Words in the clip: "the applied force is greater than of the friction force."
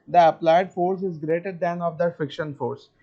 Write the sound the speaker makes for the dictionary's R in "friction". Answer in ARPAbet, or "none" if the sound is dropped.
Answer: none